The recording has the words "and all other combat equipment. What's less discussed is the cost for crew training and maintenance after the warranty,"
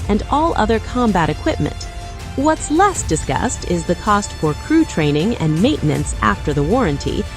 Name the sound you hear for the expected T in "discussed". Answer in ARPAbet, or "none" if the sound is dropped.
T